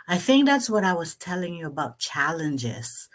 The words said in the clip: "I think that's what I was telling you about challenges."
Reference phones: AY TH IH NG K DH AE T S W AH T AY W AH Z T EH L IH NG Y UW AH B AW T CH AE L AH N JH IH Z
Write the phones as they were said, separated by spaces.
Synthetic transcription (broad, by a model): AY TH IH NG K DH AE T S W AH T AY W AH Z T EH L IH NG Y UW AH B AW T CH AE L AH N JH IH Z